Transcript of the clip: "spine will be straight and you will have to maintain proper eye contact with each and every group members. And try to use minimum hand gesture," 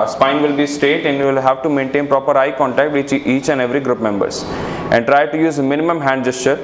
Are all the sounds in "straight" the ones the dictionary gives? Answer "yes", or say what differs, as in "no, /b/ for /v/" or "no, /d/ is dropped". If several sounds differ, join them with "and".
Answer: no, /ɹ/ is dropped